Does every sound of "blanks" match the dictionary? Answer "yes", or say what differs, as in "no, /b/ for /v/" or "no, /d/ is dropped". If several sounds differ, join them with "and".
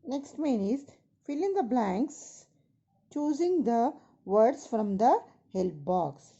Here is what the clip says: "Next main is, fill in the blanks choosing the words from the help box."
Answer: yes